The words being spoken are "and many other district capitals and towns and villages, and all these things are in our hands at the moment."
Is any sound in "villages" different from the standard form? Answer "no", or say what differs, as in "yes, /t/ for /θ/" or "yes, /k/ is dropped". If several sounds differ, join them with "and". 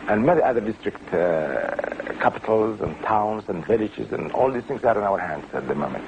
no